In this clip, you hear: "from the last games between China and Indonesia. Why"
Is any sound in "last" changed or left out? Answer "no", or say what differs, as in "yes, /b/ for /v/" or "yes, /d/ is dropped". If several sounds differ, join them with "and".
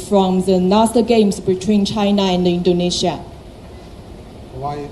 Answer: yes, /n/ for /l/